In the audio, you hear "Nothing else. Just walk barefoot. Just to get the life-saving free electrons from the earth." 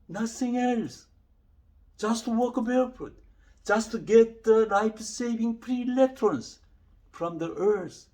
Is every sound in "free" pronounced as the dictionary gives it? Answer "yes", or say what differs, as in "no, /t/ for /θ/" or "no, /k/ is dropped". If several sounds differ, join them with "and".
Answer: no, /p/ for /f/